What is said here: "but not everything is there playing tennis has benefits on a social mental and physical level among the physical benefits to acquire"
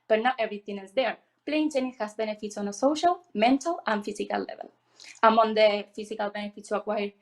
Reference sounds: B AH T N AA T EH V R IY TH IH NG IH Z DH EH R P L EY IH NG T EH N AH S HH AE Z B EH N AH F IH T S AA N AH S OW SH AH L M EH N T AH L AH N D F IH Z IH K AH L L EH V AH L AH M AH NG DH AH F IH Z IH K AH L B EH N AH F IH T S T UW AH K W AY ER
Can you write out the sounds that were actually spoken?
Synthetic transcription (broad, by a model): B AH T N AA T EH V R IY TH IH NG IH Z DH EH R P L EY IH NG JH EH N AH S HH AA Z B EH N AH F IH T S AA N AH S OW SH AH L M EH N T AH L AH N F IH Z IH K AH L L EH V AH L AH M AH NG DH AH F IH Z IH K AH L B EH N AH F IH T S T UW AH K W AY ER